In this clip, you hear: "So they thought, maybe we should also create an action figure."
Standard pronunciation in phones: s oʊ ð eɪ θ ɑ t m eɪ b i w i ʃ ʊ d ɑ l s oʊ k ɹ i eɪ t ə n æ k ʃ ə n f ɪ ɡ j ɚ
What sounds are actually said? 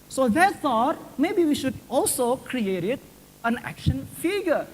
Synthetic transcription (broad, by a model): s oʊ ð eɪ s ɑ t m eɪ b i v i ʃ ʊ d ɑ l s oʊ k ɹ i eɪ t ə n æ k ʃ ə n f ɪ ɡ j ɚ